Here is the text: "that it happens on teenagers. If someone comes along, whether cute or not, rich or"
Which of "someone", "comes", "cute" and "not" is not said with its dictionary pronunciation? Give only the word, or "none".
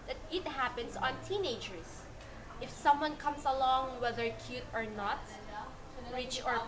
comes